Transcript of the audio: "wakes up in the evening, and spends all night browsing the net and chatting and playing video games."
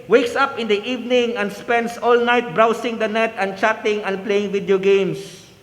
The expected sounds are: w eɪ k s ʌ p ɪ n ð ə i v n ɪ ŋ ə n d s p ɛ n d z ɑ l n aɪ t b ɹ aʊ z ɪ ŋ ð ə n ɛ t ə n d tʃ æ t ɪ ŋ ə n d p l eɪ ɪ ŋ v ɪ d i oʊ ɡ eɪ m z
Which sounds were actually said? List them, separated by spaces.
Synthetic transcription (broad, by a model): w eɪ k s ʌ p ɪ n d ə i v n ɪ ŋ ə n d s p ɛ n d s ɑ l n aɪ t b ɹ aʊ s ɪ ŋ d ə n ɛ t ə n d tʃ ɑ t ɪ ŋ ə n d p l eɪ ɪ ŋ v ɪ d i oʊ ɡ eɪ m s